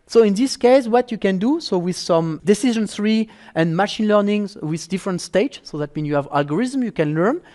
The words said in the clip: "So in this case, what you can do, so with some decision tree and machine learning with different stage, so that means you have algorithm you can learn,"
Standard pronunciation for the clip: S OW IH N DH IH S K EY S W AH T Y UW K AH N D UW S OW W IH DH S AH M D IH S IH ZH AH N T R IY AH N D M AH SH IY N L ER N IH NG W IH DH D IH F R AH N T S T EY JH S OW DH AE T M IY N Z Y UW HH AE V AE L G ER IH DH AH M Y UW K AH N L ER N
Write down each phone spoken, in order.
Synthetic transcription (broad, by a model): S OW IH N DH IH S K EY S W AH T Y UW K AH N D UW S OW W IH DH S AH M D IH S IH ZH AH N S R IY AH N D M AH SH IY N L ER N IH NG W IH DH D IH F R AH N T S T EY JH S OW DH AE T M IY N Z Y UW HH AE V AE L G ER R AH M Y UW K AH N L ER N